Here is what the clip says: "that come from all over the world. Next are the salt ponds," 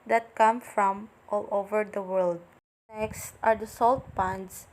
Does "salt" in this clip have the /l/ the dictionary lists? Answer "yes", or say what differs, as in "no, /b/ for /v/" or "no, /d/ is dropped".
yes